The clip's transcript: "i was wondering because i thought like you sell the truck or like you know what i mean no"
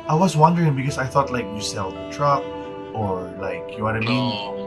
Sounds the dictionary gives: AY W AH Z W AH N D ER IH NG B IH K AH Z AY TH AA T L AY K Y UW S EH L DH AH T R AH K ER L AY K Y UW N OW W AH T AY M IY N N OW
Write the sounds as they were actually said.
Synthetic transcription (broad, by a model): AY W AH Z W AH N D ER IH NG B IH K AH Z AY TH AA T L AY K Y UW S EH L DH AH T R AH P ER L AY K Y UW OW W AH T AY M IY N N